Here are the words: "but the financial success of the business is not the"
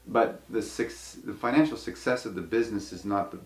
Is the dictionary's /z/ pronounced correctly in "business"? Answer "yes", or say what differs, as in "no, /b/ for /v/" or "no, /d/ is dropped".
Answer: yes